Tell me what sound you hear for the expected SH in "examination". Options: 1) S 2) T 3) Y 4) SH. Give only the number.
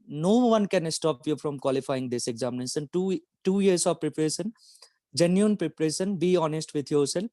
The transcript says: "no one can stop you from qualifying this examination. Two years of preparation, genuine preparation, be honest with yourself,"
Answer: 1